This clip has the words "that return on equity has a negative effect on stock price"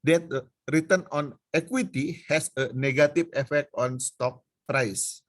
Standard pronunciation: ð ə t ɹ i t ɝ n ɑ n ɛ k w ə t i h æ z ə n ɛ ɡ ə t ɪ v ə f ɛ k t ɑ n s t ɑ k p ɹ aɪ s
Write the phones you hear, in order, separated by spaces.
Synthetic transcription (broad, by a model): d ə t ɹ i t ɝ n ɑ n ɛ k w ə t i h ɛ s ə n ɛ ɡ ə t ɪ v ə f ɛ k t ɑ n s t ɑ k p ɹ aɪ s